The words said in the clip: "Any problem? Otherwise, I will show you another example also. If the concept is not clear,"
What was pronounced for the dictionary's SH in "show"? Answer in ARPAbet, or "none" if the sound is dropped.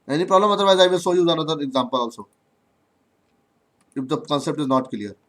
S